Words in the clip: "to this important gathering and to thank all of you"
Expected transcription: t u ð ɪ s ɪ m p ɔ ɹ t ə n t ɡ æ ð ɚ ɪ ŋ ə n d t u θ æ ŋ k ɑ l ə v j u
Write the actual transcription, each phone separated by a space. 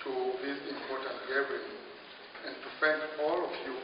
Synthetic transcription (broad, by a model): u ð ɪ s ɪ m p ɔ t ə n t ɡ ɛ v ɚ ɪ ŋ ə n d t u f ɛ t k ɑ l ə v j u